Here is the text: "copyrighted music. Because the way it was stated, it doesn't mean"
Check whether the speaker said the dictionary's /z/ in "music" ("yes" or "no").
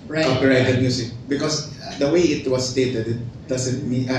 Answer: no